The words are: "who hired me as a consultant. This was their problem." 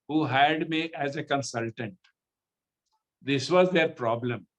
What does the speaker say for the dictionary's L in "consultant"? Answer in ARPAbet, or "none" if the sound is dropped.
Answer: L